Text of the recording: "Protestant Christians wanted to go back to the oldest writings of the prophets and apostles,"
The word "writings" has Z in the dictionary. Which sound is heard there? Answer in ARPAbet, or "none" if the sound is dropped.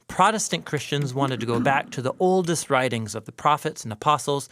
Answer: Z